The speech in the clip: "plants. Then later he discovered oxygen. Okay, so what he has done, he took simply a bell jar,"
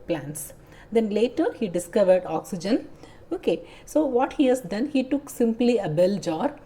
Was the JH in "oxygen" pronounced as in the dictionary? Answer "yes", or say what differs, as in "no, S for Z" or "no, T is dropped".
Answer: yes